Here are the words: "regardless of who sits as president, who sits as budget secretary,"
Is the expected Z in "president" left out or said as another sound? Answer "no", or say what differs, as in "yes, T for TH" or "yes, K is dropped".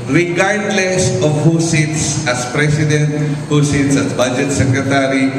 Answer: yes, S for Z